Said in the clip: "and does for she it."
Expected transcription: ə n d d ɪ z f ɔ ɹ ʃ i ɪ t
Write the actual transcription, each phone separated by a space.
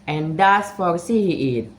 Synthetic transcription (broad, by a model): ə n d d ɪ s f ɔ ɹ s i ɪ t